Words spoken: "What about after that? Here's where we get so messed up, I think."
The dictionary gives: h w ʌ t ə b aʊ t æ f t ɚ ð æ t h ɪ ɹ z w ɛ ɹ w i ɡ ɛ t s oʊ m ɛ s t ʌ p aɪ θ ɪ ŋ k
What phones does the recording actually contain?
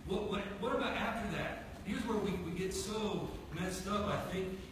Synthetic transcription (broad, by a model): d w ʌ t ə b aʊ t æ f t ɚ ð æ t h ɪ ɹ z w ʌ ɹ w i ɡ ɛ t s oʊ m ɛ s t ʌ f aɪ θ ɪ ŋ k